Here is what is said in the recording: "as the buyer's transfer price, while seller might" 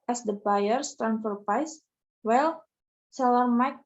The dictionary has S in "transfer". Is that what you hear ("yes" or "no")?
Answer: no